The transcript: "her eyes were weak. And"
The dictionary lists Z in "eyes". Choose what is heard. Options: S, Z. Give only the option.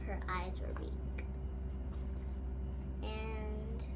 Z